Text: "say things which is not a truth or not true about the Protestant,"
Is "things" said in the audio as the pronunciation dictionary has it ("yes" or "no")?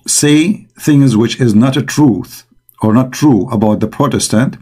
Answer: yes